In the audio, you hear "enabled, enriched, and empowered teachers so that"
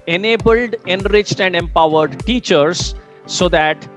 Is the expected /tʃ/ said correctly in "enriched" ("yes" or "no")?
yes